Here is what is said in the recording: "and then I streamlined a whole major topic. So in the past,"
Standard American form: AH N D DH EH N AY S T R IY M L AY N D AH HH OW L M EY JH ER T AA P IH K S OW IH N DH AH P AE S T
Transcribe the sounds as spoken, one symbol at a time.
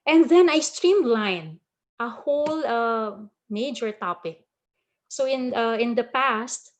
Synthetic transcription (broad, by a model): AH N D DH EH N AY S T R IY M L AY N AH HH OW L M EY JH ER T AA P IH K S OW IH N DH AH P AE S T